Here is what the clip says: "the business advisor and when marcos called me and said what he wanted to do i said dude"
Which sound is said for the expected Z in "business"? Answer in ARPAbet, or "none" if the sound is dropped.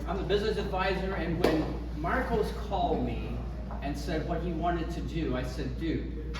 Z